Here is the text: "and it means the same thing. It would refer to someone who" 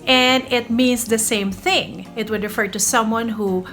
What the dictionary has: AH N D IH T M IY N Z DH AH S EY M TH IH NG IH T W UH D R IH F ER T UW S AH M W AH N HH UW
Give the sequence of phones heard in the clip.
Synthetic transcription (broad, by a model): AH N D IH T M IY N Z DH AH S EY M TH IH NG IH T W UH D R IH F ER T UW S AH M W AH N HH UW